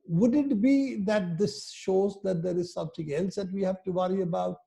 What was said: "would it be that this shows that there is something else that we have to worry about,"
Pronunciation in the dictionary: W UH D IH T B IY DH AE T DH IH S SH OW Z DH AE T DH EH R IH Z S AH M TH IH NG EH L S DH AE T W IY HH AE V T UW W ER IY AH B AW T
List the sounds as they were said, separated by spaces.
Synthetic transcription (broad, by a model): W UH D IH T B IY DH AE T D IH S SH OW Z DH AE T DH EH R IH Z S AH M T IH NG EH L S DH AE T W IY HH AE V T UW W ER IY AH B AW T